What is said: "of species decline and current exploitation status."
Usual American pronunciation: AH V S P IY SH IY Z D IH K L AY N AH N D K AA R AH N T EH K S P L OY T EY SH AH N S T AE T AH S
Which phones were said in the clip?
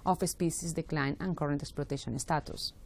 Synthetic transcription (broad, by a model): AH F S P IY S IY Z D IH K L AY N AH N K AA R AH N T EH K S P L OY T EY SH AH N S T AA T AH S